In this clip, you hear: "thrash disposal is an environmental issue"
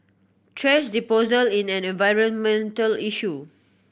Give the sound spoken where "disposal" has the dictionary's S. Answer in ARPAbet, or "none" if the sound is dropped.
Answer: none